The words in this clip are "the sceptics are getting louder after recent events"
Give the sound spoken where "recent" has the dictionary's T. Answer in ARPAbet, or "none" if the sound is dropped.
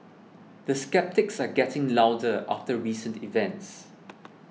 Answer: T